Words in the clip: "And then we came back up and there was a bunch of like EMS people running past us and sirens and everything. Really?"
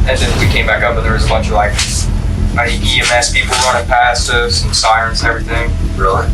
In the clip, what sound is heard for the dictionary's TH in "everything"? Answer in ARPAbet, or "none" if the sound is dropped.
TH